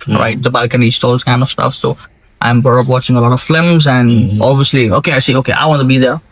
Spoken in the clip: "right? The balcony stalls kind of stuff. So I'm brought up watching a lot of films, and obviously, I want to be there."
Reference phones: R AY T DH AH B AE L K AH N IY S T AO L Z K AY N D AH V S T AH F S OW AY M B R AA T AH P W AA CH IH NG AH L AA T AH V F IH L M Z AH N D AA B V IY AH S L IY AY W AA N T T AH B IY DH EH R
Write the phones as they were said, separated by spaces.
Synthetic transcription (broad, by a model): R AY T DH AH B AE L K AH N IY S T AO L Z K AY N D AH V S T AH F S OW AY M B AA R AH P W AA CH IH NG AH L AA T AH V F L M Z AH N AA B V IY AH S L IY AY W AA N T T AH B IY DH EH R